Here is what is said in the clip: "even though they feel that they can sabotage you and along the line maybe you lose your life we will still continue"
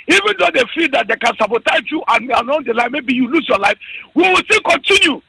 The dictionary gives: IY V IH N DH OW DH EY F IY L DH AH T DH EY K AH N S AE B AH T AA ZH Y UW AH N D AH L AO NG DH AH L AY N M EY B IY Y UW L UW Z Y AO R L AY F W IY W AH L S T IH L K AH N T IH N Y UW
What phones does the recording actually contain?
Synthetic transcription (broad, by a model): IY V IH N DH OW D EY F IY L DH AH T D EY K AH N S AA B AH T AA Z Y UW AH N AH N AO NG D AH L AY M EY B IY Y UW L UW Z Y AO L AY F W IY W AH L S T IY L K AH N T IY N Y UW